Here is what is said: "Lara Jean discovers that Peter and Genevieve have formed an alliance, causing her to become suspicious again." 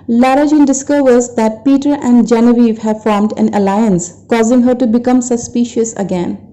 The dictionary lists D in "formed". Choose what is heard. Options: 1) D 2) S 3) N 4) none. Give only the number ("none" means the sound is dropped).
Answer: 1